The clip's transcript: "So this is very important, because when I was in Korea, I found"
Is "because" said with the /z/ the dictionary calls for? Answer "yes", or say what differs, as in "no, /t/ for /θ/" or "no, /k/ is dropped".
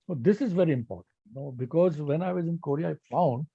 yes